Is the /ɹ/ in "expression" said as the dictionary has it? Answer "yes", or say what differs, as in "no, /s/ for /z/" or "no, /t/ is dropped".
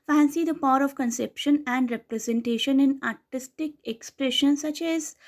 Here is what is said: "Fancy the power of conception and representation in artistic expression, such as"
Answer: yes